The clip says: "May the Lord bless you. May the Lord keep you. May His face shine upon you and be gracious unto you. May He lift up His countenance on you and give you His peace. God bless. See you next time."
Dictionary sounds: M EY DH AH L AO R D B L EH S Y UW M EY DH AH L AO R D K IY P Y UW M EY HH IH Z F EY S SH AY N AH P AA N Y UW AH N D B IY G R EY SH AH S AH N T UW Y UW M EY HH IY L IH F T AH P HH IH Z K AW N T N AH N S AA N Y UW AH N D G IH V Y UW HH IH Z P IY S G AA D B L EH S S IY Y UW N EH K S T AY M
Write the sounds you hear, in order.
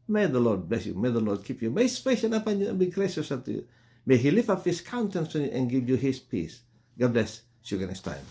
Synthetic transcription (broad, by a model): M EY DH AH L AO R D B L EH S Y UW M EY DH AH L AO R D K IY P Y UW M EY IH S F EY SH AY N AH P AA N Y UW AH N B IY G R EY SH AH S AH T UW Y UW M EY HH IY L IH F AH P HH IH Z K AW N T AH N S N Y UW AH N G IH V Y UW HH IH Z P IY S G AA D B L EH S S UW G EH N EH S T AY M